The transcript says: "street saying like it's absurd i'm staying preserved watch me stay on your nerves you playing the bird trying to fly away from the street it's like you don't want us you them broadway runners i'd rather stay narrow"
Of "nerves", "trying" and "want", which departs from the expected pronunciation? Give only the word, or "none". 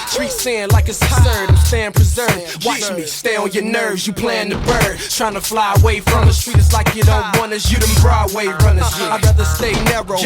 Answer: want